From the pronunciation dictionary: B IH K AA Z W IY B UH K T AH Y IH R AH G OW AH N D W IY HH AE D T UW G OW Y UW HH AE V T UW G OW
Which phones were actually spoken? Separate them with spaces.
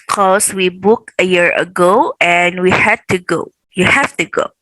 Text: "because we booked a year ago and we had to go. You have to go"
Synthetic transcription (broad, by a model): K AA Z W IY B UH K AH Y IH R AH G OW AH N W IY HH AE D T UW G OW Y UW HH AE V T UW G OW